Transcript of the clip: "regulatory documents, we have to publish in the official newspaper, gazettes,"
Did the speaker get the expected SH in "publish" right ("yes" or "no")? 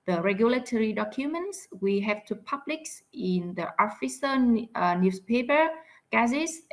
no